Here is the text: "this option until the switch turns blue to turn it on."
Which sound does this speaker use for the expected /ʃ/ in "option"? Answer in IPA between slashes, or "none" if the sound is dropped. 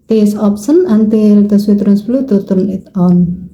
/s/